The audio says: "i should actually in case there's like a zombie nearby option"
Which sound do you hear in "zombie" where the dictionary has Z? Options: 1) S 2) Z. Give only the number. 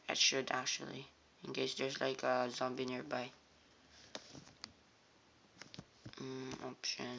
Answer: 2